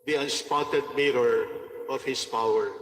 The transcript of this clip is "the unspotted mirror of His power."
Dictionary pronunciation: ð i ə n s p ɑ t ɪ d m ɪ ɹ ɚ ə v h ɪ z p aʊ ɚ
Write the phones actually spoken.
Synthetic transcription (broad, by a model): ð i ə n s p ɑ t ɪ d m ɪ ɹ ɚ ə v h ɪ s p aʊ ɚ